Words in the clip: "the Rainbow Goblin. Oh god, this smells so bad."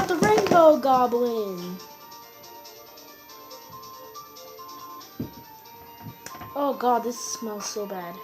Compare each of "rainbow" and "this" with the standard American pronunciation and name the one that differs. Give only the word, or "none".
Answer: none